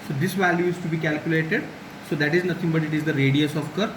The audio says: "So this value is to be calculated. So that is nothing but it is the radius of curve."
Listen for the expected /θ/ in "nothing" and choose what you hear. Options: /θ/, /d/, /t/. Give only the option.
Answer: /t/